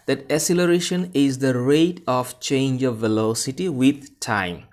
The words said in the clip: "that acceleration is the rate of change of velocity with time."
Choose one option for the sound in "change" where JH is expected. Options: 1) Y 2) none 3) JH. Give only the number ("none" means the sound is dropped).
3